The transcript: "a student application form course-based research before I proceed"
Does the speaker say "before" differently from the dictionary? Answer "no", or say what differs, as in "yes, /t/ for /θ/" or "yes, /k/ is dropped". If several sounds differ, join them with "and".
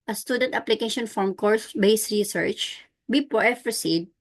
yes, /p/ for /f/